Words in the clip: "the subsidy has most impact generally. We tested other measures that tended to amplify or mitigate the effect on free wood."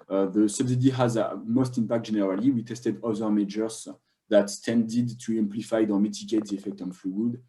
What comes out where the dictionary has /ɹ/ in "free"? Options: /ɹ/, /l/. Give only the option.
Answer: /l/